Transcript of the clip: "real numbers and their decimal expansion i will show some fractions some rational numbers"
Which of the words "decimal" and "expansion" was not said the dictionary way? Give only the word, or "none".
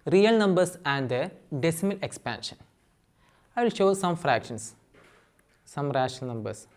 none